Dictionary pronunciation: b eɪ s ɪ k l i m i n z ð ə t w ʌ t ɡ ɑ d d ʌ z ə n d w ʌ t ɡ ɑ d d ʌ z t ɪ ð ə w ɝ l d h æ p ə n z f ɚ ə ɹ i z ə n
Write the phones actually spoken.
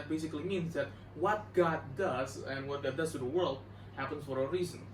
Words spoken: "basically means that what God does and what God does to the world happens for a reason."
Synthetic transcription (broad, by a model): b eɪ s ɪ k l i m i n z ð ə t w ʌ t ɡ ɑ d d ʌ z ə n w ʌ t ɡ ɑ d d ʌ z t ɪ ð ə w ɝ l d h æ p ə n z f ɚ ə ɹ i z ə n